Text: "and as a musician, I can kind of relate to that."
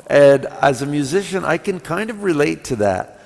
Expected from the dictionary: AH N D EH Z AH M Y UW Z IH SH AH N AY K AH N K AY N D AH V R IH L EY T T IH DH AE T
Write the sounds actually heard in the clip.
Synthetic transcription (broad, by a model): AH N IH Z AH M Y UW Z IH SH AH N AY K AH N K AY N D AH V R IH L EY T T IH DH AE T